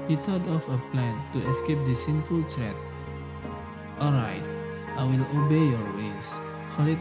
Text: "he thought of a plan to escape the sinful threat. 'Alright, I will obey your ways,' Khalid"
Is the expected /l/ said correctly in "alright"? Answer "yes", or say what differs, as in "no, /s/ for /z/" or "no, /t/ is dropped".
yes